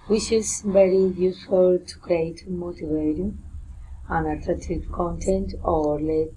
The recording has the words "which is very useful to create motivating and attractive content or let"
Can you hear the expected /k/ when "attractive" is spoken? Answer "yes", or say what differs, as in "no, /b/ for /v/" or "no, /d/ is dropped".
no, /k/ is dropped